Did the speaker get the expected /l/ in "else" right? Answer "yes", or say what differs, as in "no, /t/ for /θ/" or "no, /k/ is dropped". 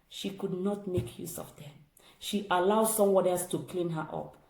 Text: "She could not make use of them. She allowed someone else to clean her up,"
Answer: no, /l/ is dropped